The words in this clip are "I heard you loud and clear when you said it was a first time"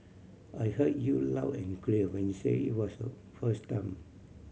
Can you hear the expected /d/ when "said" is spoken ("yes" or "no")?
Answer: no